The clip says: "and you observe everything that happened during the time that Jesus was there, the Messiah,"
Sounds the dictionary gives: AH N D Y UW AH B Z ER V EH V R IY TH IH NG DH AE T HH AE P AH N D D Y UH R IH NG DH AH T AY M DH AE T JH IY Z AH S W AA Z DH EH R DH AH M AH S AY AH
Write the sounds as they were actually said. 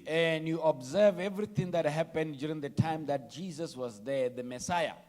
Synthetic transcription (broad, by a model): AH N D Y UW AH B Z ER V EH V R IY T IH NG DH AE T HH AE P AH N D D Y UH R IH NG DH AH T AY M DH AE T JH IY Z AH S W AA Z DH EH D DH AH M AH S AY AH